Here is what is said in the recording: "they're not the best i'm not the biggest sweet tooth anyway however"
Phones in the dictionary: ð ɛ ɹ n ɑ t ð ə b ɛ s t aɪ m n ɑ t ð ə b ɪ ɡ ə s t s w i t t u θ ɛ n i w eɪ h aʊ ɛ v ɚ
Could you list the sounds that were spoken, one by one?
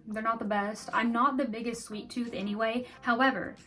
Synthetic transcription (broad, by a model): ð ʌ ɹ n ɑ t ð ə b ɛ s t aɪ m n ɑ t ð ə b ɪ ɡ ə s t s w i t t u θ ɛ n i w eɪ h aʊ ɛ v ɚ